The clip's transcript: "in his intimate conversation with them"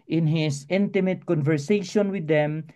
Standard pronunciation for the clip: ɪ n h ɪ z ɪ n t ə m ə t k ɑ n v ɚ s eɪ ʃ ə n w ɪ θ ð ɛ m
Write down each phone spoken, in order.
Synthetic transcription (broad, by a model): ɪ n h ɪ s ɪ n t ə m ə t k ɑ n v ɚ s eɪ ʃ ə n w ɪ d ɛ m